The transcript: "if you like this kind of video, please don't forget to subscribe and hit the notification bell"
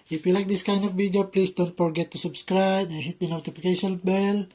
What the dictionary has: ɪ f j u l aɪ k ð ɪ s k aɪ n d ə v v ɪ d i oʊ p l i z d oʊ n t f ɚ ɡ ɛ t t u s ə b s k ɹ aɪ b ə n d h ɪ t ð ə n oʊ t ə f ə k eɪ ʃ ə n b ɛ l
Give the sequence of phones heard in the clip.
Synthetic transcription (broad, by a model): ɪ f j u l aɪ k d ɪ s k aɪ n d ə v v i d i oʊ p l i s d oʊ n t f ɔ ɡ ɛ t t u s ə b s k ɹ aɪ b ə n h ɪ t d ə n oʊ t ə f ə k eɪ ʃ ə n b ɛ l